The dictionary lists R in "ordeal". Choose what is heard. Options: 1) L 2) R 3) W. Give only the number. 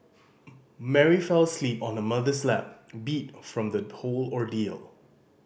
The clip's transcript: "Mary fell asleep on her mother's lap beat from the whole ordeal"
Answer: 2